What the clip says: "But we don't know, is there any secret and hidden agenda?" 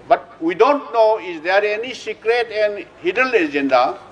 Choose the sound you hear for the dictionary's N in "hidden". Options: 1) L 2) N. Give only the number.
1